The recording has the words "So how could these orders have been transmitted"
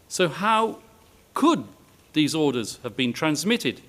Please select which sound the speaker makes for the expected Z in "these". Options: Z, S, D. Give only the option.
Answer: Z